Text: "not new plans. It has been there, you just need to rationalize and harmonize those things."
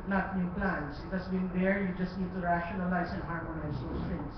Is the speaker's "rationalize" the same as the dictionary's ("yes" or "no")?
no